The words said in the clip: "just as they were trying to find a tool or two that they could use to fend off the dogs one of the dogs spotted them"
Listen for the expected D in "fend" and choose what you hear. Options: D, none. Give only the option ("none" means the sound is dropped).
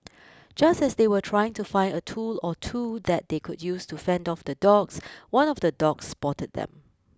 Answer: D